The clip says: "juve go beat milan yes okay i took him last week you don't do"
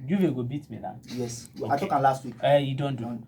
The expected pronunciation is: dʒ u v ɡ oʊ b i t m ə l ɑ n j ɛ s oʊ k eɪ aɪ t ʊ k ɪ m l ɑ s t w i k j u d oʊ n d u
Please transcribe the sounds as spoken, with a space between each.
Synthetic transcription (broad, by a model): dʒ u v ɡ oʊ b i t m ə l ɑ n j ɛ s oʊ ɑ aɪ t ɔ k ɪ l ɑ s t w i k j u d oʊ n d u